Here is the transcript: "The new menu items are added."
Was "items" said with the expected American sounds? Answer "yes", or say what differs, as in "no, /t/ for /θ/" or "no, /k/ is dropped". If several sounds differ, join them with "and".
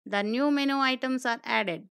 no, /s/ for /z/